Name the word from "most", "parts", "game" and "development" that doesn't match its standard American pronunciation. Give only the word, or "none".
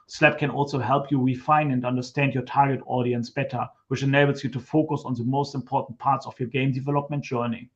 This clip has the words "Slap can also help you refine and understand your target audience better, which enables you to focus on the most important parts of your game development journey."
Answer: none